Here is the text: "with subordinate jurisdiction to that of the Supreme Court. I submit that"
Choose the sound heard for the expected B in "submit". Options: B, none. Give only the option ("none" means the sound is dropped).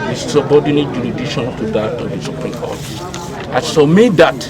none